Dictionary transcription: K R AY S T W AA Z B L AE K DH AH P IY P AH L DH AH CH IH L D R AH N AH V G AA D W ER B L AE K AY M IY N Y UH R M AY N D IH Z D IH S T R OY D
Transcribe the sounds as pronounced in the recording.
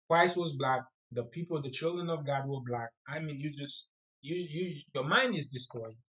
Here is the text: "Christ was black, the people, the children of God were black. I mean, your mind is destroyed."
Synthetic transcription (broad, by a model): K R AY S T W AA Z B L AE K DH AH P IY P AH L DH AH CH IH L D R AH N AH V G AA D W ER B L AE K AY M IY N Y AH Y M AY N D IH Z D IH S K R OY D